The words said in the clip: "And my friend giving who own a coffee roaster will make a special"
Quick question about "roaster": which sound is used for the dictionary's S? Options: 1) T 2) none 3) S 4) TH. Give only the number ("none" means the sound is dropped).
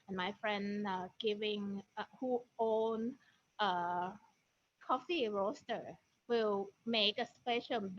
3